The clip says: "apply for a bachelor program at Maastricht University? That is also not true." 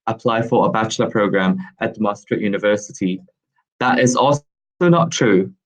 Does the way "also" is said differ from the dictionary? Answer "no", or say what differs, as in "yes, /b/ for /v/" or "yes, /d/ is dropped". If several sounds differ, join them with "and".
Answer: yes, /s/ is dropped